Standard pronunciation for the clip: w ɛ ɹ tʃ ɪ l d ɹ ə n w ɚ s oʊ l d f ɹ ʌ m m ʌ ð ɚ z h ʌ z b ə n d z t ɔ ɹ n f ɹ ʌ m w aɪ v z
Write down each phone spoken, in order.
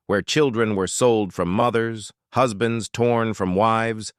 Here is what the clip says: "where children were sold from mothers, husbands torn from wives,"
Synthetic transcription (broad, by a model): w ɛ ɹ tʃ ɪ l d ɹ ə n w ɚ s oʊ l d f ɹ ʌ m m ʌ ð ɚ z h ʌ z b ə n d z t ɔ ɹ n f ɹ ʌ m w aɪ v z